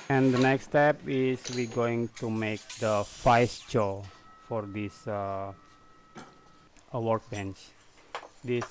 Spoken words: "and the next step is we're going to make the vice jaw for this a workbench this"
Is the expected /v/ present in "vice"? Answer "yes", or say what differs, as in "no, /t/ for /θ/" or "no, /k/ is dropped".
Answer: no, /f/ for /v/